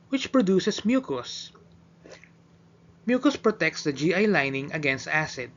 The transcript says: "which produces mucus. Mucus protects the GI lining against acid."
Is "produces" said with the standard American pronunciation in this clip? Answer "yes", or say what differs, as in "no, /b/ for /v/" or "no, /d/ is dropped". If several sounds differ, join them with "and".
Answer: no, /s/ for /z/